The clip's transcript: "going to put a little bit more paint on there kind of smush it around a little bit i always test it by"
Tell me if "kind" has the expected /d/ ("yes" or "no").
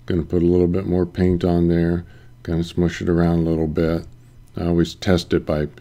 no